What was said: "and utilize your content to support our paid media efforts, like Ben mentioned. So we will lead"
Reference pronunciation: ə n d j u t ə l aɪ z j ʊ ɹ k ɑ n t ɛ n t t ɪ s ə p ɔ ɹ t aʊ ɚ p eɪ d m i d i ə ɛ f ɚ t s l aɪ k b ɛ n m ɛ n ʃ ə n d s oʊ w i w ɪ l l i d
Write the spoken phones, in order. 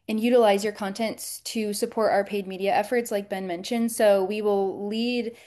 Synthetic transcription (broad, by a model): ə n j u t ə l aɪ z j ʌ ɹ k ɑ n t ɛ n t t ɪ s ə p ɔ ɹ t aʊ ɚ p eɪ d m i d i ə ɛ f ɚ t s l aɪ k b ɛ n m ɛ n ʃ ə n d s oʊ w i w ɪ l l i d